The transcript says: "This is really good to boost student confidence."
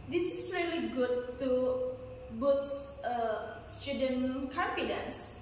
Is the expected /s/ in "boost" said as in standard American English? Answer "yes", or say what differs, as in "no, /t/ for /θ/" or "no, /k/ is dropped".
no, /s/ is dropped